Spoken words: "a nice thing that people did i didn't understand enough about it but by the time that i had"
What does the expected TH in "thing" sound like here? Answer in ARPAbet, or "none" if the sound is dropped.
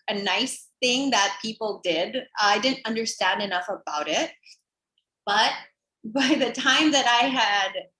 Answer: TH